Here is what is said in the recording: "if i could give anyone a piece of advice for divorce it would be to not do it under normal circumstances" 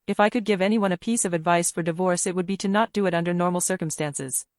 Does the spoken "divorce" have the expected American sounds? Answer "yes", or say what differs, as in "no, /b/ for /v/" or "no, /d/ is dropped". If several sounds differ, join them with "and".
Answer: yes